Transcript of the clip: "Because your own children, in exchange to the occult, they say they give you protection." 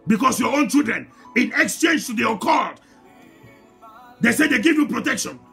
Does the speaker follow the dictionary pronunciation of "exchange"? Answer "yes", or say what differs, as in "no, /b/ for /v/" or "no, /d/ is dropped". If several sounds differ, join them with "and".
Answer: yes